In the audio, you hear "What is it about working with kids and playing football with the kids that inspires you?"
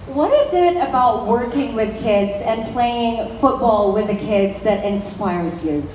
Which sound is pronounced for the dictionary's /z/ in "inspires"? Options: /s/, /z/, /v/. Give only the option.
/z/